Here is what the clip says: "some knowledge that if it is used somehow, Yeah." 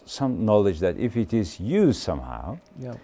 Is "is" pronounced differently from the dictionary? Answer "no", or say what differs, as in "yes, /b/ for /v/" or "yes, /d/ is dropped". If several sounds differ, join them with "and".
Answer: no